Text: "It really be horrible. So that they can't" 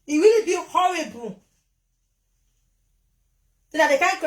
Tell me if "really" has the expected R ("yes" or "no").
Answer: no